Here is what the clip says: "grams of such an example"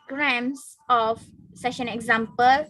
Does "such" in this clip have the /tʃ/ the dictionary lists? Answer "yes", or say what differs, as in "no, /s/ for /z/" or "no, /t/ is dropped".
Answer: no, /ʃ/ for /tʃ/